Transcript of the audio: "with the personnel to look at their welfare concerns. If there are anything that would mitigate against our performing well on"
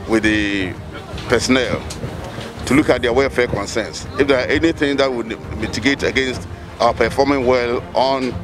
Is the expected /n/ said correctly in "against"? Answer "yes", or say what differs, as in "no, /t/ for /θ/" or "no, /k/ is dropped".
yes